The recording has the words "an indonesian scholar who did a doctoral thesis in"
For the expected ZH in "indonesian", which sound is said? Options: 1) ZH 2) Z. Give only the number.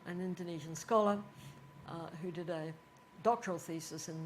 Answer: 1